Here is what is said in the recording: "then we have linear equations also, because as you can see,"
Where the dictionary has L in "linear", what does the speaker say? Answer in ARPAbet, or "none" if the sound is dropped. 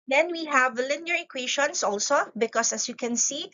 L